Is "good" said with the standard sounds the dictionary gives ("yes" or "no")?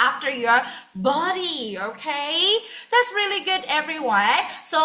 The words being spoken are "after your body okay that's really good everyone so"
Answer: yes